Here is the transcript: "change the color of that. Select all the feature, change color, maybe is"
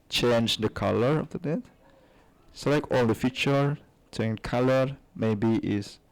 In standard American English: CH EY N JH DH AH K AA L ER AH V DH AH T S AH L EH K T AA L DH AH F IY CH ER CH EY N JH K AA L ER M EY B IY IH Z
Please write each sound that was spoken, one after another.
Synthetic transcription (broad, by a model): CH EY N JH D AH K AA L ER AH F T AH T S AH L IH K AA L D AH F IY CH ER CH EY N K AA L ER M EY B IY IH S